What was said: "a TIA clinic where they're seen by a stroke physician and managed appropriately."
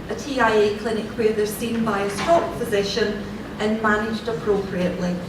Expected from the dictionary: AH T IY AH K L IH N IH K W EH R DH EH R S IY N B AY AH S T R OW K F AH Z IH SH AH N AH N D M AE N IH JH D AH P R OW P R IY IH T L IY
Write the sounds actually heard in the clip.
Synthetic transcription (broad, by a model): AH T IY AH K L IH N IH K W EH R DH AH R S IY N B AY AH S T OW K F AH Z IH SH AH N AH N M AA N IH JH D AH P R OW P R IY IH T L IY